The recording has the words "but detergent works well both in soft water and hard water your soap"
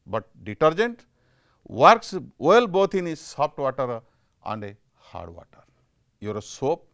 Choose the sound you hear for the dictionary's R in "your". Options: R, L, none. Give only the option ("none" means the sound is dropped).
R